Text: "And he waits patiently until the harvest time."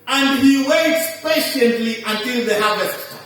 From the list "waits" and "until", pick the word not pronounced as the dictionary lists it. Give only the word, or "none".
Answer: none